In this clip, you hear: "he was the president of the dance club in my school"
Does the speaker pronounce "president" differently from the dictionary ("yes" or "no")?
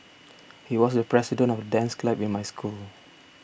yes